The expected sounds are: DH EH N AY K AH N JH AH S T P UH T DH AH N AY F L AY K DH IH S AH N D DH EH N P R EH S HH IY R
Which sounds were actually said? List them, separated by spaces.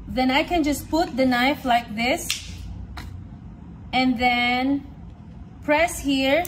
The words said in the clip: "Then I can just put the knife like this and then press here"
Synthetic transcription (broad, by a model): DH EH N AY K AH N JH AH S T P UH T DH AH N AY F L AY K DH IH S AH N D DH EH N P R EH S HH IY R